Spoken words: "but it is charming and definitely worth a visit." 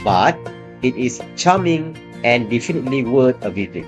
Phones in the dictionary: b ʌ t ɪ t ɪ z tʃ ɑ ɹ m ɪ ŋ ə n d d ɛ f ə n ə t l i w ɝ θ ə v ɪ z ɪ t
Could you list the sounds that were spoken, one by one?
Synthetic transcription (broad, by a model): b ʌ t ɪ t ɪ s tʃ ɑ m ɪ ŋ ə n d d ɛ f ə n ə t l i w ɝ t ə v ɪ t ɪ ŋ